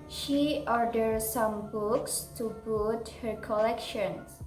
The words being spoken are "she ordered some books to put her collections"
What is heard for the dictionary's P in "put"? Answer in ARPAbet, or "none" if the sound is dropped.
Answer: B